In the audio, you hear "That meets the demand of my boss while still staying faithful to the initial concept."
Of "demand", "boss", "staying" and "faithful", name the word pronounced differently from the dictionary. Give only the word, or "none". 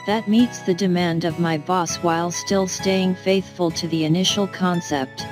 none